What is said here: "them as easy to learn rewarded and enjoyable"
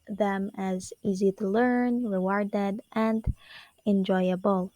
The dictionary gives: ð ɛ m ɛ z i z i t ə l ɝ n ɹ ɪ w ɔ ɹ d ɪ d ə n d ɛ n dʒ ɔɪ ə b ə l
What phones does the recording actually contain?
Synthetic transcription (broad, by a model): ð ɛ m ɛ z i z i t ə l ɝ n ɹ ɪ w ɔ ɹ d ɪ d ə n d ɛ n dʒ ɔɪ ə b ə l